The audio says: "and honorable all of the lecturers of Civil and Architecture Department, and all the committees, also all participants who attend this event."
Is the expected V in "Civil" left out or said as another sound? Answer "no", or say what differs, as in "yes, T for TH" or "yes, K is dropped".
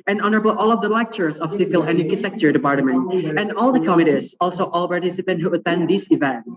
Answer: yes, F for V